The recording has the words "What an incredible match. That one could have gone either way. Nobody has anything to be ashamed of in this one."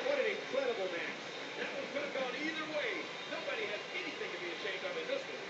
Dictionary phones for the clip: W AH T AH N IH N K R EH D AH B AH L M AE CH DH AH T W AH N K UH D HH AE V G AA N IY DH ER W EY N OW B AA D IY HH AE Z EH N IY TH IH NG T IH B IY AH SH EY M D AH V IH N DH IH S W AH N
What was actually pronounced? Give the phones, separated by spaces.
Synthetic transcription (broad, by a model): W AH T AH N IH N K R EH D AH B L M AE S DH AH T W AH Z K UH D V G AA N IY DH ER W EY N OW B AA D IY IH Z EH N IY TH IH NG T IH B IY AH SH EY M D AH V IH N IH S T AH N